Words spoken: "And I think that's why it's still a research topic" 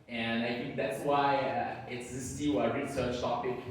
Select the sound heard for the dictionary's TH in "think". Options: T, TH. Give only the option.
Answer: TH